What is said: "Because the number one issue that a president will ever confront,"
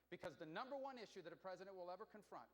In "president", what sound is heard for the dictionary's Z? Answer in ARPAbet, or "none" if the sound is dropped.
Z